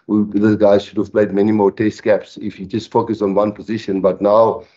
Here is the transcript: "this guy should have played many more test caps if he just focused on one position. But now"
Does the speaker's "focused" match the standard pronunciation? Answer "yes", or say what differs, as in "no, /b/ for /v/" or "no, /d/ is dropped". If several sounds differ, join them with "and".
no, /t/ is dropped